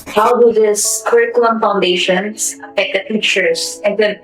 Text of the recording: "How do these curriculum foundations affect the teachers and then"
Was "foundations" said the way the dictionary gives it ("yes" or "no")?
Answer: no